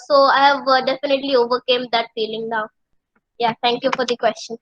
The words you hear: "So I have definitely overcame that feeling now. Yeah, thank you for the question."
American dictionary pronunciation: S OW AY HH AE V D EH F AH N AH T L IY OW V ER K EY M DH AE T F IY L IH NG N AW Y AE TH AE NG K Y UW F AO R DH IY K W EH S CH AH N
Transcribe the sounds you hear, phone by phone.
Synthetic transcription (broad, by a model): S OW AY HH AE V D EH F AH N AH T L IY OW V ER K EY M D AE T F IY L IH NG N AW Y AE T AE NG K Y UW F AO R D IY K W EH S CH AH N